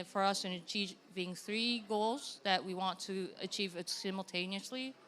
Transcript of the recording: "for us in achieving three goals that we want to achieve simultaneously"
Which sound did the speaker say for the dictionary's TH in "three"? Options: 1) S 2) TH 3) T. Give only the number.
2